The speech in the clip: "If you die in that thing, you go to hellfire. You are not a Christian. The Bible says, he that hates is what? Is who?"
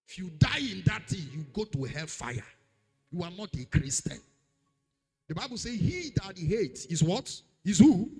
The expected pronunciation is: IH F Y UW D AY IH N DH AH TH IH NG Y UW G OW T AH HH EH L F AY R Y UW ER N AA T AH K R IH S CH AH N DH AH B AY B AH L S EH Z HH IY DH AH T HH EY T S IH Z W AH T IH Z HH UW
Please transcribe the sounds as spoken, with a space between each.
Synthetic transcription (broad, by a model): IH F Y UW D AY IH N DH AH T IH Y UW G OW T AH HH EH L F AY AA Y UW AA N AA T AH K R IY S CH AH N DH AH B AY B AH L S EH HH IY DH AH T HH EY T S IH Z W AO T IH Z HH UW